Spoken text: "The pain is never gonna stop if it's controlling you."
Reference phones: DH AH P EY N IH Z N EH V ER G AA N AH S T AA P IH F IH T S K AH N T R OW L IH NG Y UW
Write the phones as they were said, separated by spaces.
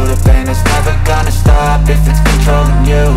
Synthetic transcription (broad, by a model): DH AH B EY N IH Z N EH V ER G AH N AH S T AA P IH F IH T S K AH N T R OW L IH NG Y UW